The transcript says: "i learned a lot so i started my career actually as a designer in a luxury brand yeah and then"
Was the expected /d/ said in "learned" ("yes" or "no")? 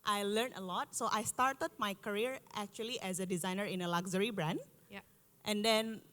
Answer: no